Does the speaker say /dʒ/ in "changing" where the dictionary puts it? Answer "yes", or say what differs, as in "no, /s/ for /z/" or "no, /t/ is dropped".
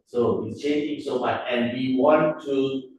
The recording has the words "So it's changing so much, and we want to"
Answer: no, /dʒ/ is dropped